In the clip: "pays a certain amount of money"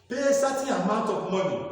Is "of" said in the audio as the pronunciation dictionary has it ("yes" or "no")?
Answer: no